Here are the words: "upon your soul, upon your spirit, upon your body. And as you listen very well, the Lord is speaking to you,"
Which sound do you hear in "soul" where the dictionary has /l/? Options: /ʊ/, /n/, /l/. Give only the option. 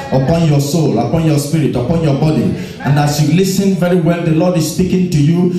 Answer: /l/